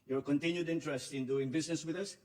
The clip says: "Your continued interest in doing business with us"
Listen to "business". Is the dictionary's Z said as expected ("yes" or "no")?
no